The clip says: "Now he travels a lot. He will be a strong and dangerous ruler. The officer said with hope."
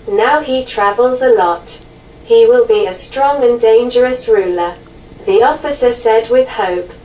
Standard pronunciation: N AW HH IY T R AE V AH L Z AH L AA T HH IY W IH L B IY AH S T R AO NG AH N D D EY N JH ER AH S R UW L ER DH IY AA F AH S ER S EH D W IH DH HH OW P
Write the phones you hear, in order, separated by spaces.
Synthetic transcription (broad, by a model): N AW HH IY T R AE V AH L Z AH L AA T HH IY W IH L B IY AH S T R AO NG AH N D D EY N JH ER AH S R UW L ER DH IY AA F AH S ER S EH D W IH DH HH OW P